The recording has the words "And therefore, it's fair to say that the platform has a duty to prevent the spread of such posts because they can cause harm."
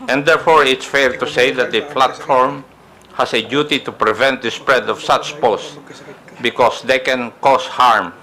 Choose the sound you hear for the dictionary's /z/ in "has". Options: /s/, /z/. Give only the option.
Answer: /s/